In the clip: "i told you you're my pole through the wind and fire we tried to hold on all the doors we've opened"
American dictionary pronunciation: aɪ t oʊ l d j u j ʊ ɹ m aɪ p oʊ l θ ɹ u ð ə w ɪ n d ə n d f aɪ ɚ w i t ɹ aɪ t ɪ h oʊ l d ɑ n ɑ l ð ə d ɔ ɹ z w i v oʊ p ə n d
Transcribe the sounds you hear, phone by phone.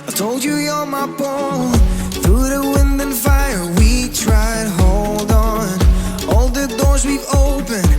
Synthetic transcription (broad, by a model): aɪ t oʊ l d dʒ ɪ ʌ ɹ m aɪ b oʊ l θ ɹ u ð ə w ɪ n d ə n f aɪ ɚ w i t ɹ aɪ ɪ h oʊ l d n ɑ l ð ə d ɔ ɹ z w i v oʊ p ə n